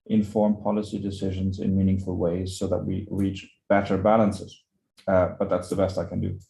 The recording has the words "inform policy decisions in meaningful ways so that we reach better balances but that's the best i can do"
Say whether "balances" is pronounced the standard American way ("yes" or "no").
yes